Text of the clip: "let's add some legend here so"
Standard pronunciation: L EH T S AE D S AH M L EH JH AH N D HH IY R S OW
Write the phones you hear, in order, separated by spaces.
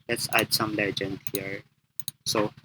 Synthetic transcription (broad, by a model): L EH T S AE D S AH M L EH JH AH N D HH IY R S OW